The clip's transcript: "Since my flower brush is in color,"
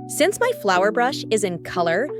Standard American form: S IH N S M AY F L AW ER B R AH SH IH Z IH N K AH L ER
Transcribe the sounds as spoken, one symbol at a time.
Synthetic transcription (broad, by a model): S IH N S M AY F L AW ER B R AH SH IH Z IH N K AH L ER